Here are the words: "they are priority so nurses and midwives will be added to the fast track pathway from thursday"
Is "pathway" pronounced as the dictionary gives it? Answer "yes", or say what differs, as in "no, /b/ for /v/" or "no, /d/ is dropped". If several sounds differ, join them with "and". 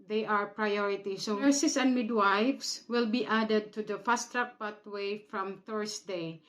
no, /t/ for /θ/